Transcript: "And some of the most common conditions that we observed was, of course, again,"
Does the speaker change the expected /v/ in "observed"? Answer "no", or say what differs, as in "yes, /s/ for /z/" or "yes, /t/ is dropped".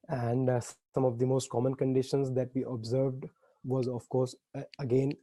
no